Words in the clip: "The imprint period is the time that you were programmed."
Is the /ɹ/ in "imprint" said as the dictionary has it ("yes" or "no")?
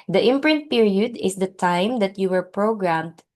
yes